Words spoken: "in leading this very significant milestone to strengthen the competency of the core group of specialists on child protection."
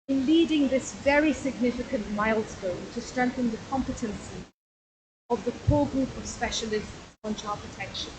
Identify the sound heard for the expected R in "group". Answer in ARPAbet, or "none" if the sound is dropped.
R